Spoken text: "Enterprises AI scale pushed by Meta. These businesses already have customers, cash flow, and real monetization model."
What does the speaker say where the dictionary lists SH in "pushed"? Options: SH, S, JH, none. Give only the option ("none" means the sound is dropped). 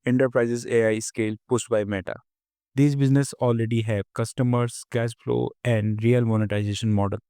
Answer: S